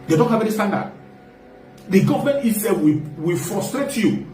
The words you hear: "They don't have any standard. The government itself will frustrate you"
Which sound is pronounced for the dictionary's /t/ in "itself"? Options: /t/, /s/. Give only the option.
/s/